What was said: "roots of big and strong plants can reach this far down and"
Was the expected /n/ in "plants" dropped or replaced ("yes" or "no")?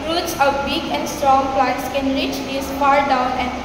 yes